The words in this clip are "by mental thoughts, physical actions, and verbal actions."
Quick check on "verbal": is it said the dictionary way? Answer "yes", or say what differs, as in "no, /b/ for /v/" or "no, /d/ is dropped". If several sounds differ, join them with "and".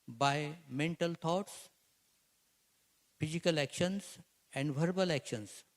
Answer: yes